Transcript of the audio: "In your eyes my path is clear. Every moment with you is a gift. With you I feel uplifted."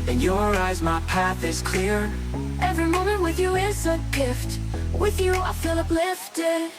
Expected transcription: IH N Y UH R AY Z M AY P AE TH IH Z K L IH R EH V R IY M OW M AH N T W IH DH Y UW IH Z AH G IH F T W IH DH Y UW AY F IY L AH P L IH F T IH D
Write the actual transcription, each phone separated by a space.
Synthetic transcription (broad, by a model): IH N Y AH R AY Z M AY P AE TH IH Z K L IH R EH V R IY M OW M AH N T W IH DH Y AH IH S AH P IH F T W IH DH Y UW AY F IY L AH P L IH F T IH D